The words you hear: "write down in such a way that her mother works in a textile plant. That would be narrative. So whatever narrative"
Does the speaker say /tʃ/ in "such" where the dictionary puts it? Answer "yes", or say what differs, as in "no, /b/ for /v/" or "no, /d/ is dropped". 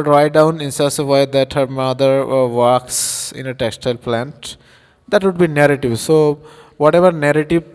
no, /s/ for /tʃ/